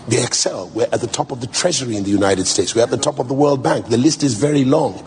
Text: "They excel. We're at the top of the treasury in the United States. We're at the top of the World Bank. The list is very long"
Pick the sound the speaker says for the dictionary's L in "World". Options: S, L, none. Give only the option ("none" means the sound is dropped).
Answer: L